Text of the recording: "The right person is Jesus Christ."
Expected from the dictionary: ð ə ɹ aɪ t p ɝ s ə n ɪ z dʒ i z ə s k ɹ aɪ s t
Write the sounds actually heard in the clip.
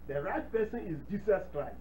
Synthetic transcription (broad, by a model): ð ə ɹ aɪ t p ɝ s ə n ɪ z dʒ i s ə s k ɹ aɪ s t